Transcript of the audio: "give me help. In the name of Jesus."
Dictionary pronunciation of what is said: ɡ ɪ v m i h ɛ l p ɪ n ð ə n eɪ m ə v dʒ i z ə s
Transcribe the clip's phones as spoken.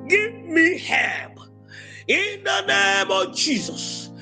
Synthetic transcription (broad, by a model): ɡ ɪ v m i h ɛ p ɪ n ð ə n eɪ m ə v dʒ i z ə s